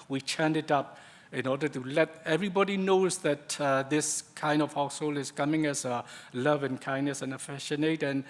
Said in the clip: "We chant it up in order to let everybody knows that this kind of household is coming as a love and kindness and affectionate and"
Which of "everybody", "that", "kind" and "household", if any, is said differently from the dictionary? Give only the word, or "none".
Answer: household